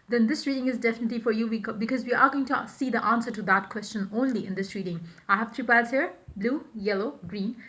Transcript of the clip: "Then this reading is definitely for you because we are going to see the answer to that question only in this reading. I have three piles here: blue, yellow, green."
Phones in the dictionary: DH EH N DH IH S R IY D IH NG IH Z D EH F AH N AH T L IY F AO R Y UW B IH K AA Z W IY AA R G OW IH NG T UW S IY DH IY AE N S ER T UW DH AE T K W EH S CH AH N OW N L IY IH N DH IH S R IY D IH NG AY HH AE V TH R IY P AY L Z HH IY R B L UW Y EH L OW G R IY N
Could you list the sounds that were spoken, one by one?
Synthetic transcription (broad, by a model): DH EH N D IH S R IY D IH NG IH Z D EH F AH N AH T L IY F AO R Y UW B IH K AA Z W IY AA R G OW IH NG T UW S IY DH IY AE N S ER T UW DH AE T K W EH S CH AH N OW N L IY IH N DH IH S R IY D IH NG AY HH AE V T R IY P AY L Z HH IY R B L UW Y EH L OW G R IY N